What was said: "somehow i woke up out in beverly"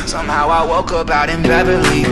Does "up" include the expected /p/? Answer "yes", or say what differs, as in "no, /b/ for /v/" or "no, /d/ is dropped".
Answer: no, /b/ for /p/